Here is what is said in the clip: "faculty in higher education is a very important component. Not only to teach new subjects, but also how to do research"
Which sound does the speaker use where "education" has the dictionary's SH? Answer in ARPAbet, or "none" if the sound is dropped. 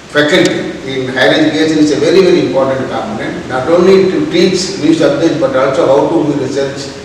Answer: S